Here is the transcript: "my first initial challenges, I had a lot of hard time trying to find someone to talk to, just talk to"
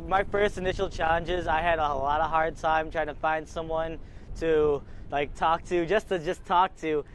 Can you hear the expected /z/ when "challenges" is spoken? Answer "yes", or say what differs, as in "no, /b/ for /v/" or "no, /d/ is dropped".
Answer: yes